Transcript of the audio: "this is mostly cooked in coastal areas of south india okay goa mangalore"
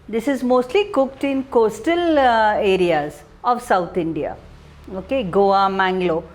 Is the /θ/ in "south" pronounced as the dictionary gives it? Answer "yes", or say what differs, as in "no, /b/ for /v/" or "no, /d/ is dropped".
no, /t/ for /θ/